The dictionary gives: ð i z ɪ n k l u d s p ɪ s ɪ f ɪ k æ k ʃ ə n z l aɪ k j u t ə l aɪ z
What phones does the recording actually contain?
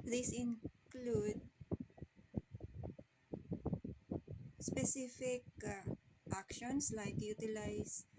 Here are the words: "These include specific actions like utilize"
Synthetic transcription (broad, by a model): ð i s ɪ n k l u d s p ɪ s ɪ f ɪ k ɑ k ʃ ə n s l aɪ k j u t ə l aɪ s